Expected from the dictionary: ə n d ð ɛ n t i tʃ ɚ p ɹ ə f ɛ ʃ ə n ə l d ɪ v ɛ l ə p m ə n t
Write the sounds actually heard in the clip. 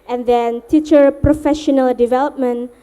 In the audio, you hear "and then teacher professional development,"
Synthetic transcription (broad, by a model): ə n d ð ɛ n t i tʃ ɚ p ɹ ə f ɛ ʃ ə n ə l d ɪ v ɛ l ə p m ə n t